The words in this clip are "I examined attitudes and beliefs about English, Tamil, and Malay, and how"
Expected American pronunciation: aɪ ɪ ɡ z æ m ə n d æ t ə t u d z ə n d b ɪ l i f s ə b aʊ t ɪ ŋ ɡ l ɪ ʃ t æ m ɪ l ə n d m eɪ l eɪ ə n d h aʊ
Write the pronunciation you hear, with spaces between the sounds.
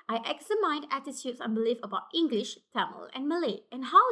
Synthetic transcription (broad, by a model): aɪ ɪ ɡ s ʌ m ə n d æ t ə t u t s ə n b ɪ l i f ə b aʊ t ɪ ŋ ɡ l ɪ ʃ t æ m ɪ l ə n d m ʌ l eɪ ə n h aʊ